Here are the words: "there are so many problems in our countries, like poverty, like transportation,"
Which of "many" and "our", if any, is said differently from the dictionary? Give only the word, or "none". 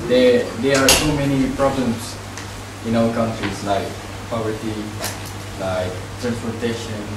our